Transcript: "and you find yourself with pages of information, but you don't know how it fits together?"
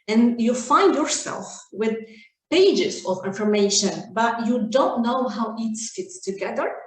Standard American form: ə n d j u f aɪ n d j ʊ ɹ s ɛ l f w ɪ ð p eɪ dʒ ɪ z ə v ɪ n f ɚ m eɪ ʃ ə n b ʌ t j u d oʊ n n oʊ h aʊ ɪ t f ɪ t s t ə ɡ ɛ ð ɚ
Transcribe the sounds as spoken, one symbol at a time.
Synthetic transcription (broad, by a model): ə n j u f aɪ n d j ʊ ɹ s ɛ l f w ɪ ð p eɪ dʒ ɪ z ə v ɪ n f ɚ m eɪ ʃ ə n b ʌ t j u d oʊ n n oʊ h aʊ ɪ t f ɪ t s t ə ɡ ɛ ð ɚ